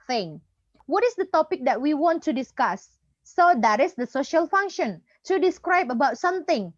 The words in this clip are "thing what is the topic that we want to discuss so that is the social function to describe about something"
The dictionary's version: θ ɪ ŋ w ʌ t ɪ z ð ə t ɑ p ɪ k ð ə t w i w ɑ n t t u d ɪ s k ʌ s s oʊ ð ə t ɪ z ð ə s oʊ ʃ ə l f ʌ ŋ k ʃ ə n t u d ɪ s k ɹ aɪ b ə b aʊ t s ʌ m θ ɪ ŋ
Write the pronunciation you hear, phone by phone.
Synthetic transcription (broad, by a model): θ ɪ ŋ w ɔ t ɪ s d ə t ɑ p ɪ k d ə t w i w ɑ n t t u d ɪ s k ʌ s s oʊ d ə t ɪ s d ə s oʊ ʃ ə l f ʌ ŋ k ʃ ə n t u d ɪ s k ɹ aɪ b ə b aʊ t s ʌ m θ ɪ ŋ